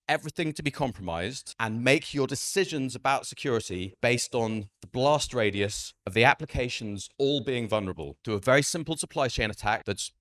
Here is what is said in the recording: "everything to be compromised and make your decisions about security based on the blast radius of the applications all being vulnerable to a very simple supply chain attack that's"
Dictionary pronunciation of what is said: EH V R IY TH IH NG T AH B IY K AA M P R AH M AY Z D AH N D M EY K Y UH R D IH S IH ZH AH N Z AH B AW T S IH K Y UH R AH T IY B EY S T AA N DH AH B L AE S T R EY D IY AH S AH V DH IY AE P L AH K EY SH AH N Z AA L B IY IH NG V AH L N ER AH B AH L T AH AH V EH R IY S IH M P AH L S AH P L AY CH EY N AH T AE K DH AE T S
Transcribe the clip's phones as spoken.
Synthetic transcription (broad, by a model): EH V R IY TH IH NG T AH B IY K AA M P R AH M AY Z D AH N M EY K Y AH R D IH S IH ZH AH N Z AH B AW T S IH K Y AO R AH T IY B EY S T N DH AH B L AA S T R EY D IY AH S AH V DH IY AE P L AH K EY SH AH N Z AA L B IY IH NG V AH L N ER AH B AH L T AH AH V EH R IY S IH M P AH L S AH P L AY CH EY N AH T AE K DH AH T S